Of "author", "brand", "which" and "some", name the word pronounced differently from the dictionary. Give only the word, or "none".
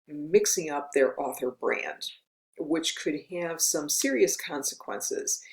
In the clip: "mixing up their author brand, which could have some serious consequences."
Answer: none